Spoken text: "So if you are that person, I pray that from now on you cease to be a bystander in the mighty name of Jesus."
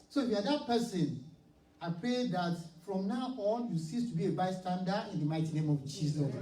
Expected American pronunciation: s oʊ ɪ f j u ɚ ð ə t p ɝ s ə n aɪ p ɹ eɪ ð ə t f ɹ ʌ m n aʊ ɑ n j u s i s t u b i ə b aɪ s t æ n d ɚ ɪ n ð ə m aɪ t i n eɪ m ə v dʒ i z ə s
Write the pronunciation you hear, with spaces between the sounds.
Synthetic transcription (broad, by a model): s oʊ ɪ f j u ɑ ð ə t p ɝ s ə n aɪ p ɹ eɪ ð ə t f ɹ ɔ m n aʊ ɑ l j u s i s t u b i ə b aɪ s t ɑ n d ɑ ɪ n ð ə m aɪ t i n eɪ m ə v dʒ i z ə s